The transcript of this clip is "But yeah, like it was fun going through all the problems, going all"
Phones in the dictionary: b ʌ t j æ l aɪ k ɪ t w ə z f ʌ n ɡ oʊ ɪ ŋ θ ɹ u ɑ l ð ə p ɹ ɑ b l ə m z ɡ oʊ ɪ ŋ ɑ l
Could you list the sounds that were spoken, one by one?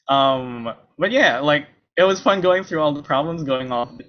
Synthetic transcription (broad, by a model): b ʌ t j æ l aɪ k ɪ t w ə z f ʌ n ɡ oʊ ɪ ŋ θ ɹ u ɑ l ð ə p ɹ ɑ b l ə m z ɡ oʊ ɪ ŋ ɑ